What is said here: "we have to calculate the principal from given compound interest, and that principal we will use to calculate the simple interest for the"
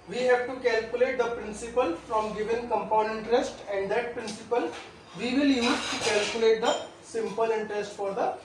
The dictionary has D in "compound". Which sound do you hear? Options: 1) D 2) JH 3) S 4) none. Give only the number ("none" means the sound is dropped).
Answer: 4